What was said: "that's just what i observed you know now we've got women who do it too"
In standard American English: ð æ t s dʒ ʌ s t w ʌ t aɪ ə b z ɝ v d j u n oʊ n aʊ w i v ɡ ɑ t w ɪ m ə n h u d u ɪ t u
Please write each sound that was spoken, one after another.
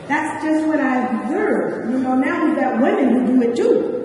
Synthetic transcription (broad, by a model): ð æ t s dʒ ʌ s t w ʌ t aɪ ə z ɝ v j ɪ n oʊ n aʊ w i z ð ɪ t w ɪ m ə n h u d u ɪ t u